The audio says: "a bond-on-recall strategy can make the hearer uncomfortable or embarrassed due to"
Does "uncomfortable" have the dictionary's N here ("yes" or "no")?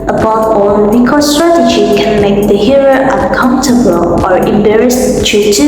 no